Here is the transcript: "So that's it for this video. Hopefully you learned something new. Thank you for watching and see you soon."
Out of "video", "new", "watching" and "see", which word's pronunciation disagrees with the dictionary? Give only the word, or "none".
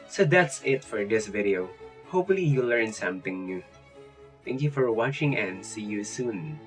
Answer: none